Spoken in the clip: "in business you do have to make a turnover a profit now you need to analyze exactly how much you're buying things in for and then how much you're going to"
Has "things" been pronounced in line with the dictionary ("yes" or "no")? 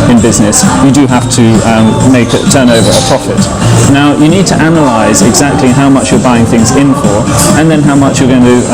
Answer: yes